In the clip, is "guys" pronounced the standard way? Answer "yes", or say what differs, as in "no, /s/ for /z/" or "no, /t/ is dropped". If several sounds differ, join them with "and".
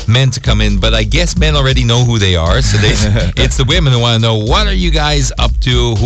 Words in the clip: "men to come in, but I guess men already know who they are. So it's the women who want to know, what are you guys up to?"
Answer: yes